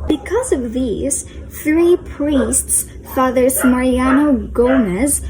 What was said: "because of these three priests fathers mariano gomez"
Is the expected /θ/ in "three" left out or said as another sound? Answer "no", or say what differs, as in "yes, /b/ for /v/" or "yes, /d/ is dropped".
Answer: no